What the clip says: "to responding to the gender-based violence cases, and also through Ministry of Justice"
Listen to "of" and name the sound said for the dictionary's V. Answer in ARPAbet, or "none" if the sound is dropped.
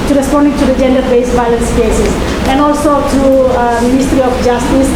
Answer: F